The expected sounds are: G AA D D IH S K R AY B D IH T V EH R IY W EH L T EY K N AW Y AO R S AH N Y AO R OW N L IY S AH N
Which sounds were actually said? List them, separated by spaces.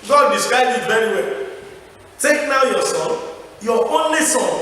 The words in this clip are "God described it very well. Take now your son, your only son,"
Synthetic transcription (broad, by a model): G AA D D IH S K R AY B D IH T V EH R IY W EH T EY K N AW Y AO S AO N Y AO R OW N L IY S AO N